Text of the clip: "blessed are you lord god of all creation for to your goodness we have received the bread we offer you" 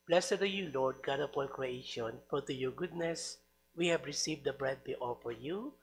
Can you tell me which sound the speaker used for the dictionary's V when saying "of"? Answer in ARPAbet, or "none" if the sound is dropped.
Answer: P